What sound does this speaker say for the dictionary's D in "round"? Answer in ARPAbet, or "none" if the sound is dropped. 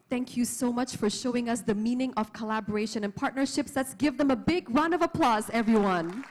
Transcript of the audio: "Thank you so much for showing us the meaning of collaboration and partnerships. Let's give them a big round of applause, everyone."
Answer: none